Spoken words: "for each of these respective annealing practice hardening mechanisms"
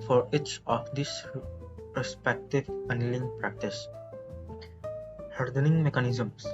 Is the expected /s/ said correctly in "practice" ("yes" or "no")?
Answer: yes